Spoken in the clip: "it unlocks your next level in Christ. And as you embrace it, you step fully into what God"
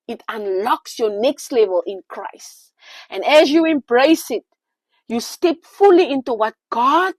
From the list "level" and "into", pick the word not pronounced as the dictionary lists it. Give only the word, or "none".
none